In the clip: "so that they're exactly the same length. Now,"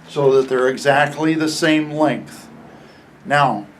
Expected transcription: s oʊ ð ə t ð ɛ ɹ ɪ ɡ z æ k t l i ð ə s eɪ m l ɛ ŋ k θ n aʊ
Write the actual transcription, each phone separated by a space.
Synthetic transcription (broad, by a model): s oʊ ð ə t ð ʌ ɹ ɪ ɡ z æ k t l i ð ə s eɪ m l ɛ ŋ k θ n aʊ